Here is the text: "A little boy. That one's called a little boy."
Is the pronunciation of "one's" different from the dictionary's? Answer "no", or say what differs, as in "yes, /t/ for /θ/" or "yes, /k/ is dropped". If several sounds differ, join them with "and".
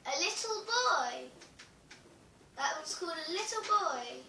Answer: yes, /n/ is dropped